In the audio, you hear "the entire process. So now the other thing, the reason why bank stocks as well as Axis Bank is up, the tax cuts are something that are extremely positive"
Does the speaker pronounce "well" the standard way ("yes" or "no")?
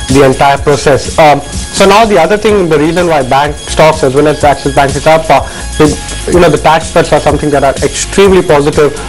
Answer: no